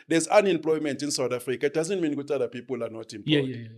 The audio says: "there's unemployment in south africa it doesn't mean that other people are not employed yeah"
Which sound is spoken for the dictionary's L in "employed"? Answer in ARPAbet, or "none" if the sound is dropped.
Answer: none